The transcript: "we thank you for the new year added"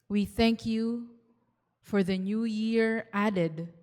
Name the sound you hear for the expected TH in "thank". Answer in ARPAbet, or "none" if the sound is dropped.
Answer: TH